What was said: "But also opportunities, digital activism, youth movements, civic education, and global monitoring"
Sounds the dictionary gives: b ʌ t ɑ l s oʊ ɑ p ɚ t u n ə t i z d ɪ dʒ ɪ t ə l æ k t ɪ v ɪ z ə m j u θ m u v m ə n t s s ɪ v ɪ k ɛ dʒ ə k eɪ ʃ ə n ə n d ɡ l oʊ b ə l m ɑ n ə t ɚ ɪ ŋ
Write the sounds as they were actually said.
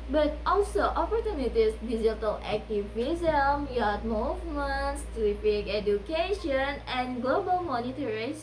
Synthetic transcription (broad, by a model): b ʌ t ɑ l s oʊ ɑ p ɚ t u n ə t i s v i z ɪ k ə l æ k t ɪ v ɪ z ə m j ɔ t m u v m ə n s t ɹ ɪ p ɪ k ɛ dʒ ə k eɪ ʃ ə n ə n ɡ l oʊ b ə l m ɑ n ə t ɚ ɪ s